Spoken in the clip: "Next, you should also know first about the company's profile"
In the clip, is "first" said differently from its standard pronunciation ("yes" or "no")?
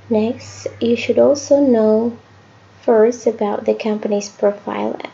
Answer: yes